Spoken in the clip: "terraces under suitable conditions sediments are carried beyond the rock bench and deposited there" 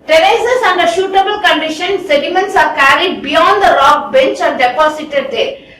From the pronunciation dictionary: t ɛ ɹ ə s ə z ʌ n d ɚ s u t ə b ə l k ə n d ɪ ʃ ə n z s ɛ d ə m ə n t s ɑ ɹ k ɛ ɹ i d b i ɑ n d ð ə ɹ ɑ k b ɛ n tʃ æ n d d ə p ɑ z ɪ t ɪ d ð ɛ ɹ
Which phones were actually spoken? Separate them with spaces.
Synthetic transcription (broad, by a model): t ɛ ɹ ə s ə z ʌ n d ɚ ʃ u t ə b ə l k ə n d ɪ ʃ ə n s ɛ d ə m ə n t s ɑ ɹ k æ ɹ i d b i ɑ n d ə ɹ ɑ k b ɛ n tʃ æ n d d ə p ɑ s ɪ t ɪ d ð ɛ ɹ